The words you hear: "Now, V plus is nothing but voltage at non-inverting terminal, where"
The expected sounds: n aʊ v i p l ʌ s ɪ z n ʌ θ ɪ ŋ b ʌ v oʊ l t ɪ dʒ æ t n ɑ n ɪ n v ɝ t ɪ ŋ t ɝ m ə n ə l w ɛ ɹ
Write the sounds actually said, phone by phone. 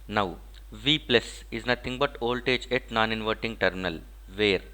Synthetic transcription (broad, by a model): n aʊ v i p l ʌ s ɪ z n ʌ t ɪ ŋ b ʌ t oʊ l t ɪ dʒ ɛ t n ɑ n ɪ n v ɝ t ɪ ŋ t ɝ m ə n ə l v ɛ ɹ